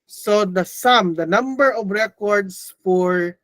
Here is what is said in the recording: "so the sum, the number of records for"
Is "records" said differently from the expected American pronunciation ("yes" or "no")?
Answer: yes